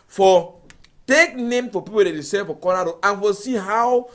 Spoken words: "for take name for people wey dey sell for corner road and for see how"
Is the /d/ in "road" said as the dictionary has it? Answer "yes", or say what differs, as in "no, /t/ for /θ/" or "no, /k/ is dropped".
no, /d/ is dropped